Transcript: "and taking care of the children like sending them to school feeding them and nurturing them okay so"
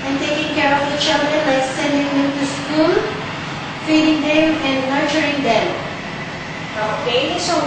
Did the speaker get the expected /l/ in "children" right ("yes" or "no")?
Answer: no